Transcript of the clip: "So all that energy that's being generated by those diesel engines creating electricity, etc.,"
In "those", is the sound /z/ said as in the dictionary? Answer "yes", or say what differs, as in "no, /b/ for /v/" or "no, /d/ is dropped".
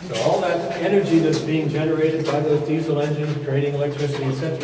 no, /z/ is dropped